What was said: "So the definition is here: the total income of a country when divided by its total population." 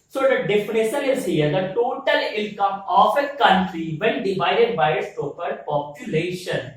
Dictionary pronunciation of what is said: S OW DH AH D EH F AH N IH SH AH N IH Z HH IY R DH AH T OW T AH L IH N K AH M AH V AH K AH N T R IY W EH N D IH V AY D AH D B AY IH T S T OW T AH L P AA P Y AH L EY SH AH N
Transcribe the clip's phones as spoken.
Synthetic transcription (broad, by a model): S OW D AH D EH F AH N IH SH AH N IH Z HH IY R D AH T OW T AH L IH L K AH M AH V AH K AH N T R IY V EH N D IH V AY D AH D B AY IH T S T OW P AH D P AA P Y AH L EY SH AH N